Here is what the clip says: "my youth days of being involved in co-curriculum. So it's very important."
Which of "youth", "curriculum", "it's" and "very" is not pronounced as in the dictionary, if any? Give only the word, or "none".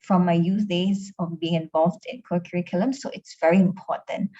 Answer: youth